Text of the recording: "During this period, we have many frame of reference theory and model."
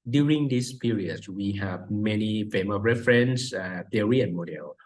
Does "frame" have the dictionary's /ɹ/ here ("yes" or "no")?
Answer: no